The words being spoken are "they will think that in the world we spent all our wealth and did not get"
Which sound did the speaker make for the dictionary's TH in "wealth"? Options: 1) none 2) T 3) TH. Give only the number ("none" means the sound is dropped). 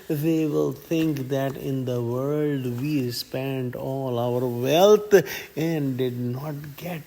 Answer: 2